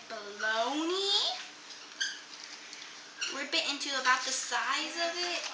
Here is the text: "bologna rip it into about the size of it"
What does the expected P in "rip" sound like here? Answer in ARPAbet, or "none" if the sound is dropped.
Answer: B